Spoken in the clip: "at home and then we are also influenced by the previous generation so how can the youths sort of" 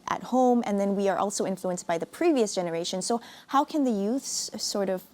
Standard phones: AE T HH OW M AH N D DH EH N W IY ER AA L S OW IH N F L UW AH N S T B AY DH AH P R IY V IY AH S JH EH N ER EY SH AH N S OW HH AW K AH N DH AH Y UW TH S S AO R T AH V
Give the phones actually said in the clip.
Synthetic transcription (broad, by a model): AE T HH OW M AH N DH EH N W IY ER AA L S OW IH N F L UW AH N S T B AY DH AH P R IY V IY AH S JH EH N ER EY SH AH N S OW HH AW K AH N DH AH Y UW TH S S AO R T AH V